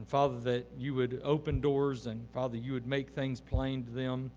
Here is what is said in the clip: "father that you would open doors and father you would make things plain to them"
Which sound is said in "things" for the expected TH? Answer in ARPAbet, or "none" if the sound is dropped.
TH